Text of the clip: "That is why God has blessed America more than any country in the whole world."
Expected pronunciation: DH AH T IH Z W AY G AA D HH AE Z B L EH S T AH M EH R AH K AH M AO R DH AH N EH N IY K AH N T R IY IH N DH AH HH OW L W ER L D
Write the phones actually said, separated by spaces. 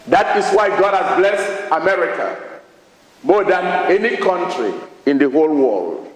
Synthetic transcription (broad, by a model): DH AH T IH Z W AY G AA D HH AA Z B L EH S T AH M EH R AH K AH M AO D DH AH N EH N IY K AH N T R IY IH N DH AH HH OW L W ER L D